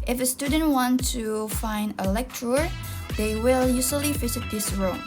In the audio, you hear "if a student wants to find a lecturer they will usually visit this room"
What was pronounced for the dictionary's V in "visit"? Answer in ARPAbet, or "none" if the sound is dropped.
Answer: F